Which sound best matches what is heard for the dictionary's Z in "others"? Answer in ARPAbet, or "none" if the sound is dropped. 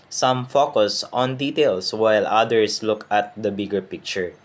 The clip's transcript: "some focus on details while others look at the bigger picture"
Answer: S